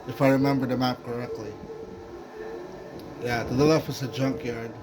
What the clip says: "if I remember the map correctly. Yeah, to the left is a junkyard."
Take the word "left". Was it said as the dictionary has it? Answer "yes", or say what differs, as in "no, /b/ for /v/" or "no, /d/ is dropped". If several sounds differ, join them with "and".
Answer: no, /t/ is dropped